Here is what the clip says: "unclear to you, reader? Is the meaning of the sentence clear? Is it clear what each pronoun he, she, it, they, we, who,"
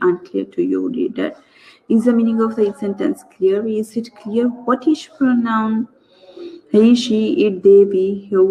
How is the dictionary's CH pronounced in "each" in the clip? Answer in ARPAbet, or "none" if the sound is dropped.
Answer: S